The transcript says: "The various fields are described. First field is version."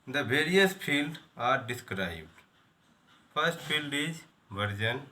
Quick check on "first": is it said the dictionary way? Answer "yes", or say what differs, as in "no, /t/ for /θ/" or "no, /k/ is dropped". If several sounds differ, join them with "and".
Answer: no, /p/ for /f/